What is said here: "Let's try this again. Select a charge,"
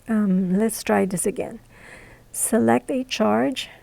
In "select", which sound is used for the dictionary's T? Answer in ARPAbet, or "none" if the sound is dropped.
T